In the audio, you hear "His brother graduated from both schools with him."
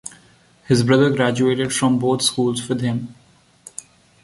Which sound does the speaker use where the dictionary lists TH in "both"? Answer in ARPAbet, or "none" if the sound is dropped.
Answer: T